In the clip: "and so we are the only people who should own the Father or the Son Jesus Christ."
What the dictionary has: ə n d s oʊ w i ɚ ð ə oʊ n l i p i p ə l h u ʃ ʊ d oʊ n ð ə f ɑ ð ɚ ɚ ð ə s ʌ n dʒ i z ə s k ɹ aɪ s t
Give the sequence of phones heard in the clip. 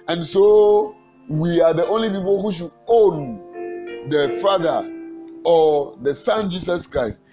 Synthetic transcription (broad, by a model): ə n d s oʊ w i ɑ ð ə oʊ n l i p i p ə l h u ʃ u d oʊ n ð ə f ɑ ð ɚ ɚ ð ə s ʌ n dʒ i s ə s k ɹ aɪ s t